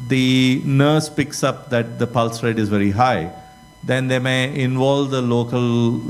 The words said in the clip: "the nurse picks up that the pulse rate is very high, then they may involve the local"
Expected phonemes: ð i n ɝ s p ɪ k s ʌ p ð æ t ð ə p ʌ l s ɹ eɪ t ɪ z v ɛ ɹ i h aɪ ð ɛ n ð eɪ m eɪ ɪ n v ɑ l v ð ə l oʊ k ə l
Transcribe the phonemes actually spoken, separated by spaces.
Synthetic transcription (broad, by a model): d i n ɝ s p ɪ k s ʌ p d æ t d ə p ʌ l s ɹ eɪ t ɪ z v ɛ ɹ i h aɪ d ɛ n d eɪ m eɪ ɪ n v ɑ l v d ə l oʊ k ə l